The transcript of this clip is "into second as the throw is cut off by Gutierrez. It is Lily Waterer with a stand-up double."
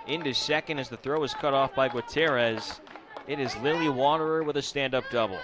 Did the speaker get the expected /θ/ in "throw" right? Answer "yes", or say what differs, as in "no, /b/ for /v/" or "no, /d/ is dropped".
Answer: yes